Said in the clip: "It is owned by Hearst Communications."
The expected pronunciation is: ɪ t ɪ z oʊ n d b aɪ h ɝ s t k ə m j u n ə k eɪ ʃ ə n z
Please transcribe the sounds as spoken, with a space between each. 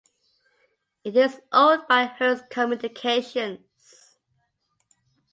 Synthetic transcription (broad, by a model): ɪ t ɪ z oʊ d b aɪ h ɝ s k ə m j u n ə k eɪ ʃ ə n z